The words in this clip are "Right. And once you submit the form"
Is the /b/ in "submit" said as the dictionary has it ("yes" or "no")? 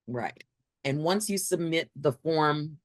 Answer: yes